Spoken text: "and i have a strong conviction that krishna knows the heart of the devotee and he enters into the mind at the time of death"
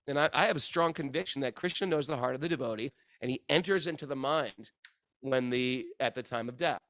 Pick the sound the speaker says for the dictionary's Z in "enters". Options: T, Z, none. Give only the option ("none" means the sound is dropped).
Z